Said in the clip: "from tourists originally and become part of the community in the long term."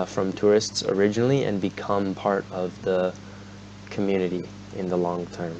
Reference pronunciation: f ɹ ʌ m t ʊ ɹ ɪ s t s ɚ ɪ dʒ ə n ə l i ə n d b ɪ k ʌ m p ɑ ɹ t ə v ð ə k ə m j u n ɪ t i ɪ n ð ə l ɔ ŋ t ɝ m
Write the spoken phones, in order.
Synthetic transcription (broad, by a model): f ɹ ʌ m t ʊ ɹ ɪ s t s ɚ ɪ dʒ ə n l i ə n b ɪ k ʌ m p ɑ ɹ t ə v ð ə k ə m j u n ɪ t i ɪ n ð ə l ɔ ŋ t ɝ m